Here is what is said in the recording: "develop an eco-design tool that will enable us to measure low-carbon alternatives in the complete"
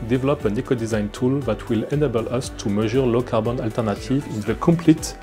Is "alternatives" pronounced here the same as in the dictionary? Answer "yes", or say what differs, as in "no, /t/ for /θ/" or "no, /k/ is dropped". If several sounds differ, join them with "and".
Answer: no, /z/ is dropped